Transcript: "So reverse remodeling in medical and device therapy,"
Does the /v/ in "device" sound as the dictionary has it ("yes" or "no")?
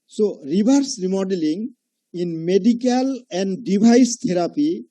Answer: no